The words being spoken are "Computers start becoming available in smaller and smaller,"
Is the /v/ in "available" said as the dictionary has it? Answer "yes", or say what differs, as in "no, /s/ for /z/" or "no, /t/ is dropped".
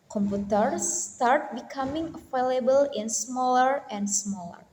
no, /f/ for /v/